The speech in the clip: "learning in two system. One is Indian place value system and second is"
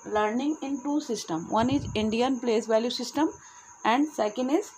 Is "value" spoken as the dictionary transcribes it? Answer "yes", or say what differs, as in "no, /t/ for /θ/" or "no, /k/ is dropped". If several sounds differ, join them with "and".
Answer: yes